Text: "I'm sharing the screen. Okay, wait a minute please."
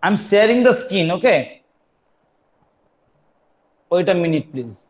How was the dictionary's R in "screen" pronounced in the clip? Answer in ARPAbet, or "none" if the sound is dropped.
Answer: none